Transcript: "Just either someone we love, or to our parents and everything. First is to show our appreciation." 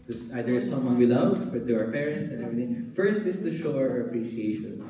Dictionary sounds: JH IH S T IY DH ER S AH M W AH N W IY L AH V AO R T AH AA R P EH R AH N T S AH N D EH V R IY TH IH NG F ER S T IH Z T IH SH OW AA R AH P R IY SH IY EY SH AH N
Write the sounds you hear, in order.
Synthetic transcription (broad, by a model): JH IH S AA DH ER S AH M W AH N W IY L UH F AO R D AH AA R P EH R AH N T S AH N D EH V R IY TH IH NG F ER S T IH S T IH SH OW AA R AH P R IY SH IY EY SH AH N